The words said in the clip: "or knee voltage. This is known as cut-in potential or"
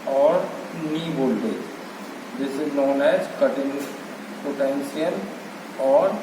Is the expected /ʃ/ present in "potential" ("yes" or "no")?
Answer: no